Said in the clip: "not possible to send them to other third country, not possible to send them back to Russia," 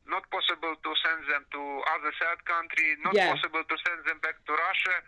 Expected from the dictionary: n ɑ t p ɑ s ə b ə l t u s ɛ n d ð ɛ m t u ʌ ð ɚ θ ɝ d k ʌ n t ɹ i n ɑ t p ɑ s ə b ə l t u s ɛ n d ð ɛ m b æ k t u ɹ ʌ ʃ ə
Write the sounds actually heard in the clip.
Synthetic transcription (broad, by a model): n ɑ t p ɑ s ə b ə l t u s ɛ n d ð ɛ m t u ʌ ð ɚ s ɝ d k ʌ n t ɹ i n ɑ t p ɑ s ə b ə l t u s ɛ n d ð ɛ m b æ k t u ɹ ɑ ʃ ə